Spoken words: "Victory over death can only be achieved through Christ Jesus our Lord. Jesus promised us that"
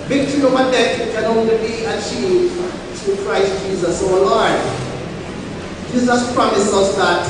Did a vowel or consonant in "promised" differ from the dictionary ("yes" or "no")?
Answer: yes